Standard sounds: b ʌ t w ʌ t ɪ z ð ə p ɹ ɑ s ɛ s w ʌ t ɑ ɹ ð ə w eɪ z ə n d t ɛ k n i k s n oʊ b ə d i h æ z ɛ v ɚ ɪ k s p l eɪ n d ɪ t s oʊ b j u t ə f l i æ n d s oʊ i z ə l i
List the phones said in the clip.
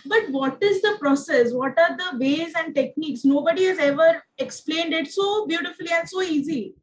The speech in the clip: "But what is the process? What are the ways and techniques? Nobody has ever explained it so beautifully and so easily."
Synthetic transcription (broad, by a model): b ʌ t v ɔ t ɪ z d ə p ɹ ɑ s ɛ s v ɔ t ɑ ɹ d ə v eɪ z ə n d t ɛ k n i k s n oʊ b ə d i h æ z ɛ v ɚ ɪ k s p l eɪ n d ɪ t s oʊ b j u t ə f l i æ n d s oʊ i z i